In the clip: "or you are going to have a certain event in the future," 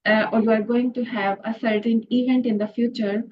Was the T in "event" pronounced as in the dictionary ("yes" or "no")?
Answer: yes